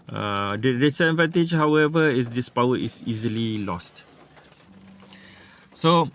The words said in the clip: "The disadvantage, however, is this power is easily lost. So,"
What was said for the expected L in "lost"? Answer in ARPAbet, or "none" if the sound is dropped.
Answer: L